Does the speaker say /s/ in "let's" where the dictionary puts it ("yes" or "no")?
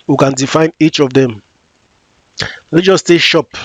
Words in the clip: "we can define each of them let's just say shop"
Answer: no